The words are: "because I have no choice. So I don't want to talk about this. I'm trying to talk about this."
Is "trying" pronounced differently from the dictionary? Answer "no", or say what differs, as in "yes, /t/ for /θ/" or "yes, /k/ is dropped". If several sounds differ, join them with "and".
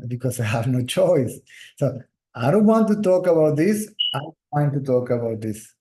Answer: yes, /ɹ/ is dropped